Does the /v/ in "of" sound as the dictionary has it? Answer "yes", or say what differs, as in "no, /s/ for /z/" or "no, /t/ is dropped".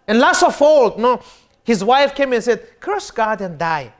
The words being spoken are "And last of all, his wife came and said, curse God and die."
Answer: no, /f/ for /v/